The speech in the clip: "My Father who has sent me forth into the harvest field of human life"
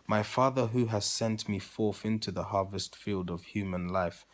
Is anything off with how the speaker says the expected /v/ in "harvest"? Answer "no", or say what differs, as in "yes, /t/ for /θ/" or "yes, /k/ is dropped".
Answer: no